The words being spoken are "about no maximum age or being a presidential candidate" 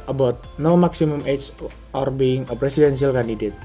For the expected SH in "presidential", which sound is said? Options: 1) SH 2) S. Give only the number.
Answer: 2